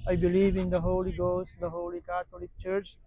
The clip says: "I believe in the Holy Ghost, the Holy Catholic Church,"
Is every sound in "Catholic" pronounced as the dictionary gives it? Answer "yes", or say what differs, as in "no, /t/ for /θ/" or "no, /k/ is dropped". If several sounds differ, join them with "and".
no, /t/ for /θ/